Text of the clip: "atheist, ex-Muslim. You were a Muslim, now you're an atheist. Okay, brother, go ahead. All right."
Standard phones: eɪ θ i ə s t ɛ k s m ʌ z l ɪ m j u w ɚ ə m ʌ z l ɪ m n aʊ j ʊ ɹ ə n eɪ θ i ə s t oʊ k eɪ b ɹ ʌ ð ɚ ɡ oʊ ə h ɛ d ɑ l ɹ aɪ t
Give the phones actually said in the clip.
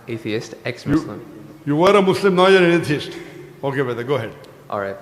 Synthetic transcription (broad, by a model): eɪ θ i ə s t ɛ k s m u l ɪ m j u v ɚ ə m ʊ s l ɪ m n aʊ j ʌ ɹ ə n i t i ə s t oʊ k eɪ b ʌ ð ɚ ɡ oʊ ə h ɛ d ɑ l ɹ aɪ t